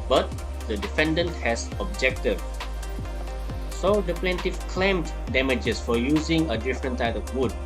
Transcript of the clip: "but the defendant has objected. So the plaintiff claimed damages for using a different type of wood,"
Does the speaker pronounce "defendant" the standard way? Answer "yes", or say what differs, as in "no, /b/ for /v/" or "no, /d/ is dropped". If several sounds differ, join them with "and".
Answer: yes